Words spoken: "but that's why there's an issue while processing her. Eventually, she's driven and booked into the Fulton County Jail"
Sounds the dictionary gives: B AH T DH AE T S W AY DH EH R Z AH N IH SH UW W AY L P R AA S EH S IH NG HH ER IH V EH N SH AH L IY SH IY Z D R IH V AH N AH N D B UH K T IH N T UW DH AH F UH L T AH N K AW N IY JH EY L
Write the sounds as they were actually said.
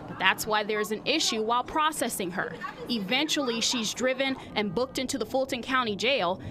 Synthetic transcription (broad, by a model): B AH T DH AE T S W AY DH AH R Z AH N IH SH UW W AY L P R AA S EH S IH NG ER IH V EH N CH L IY SH IY Z D R IH V AH N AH N B UH K T IH N T UW DH AH F UH L T AH N K AW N IY JH EY L